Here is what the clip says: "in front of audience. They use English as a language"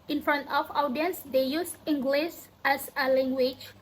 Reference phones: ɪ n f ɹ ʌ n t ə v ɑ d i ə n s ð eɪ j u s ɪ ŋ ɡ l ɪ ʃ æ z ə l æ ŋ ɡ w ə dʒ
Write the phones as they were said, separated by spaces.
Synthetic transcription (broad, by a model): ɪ n f ɹ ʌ n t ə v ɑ d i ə n s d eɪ j u s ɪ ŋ ɡ l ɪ s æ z ə l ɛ ŋ ɡ w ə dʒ